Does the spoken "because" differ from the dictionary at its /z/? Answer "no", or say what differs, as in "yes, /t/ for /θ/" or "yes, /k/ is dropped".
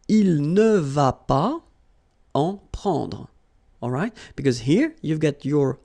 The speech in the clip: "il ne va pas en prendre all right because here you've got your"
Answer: no